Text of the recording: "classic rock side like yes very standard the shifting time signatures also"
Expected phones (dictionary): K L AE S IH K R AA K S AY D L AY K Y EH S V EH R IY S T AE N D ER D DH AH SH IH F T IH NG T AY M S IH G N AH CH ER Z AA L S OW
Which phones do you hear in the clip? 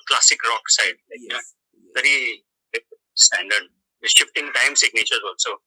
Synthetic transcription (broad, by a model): K L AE S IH K R AA K S AY D L AY K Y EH V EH R IY S T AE N D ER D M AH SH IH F T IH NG T AY M S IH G N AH CH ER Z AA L S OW